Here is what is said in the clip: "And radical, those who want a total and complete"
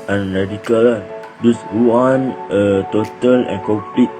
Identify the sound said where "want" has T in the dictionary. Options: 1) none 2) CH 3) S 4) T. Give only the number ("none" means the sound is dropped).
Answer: 1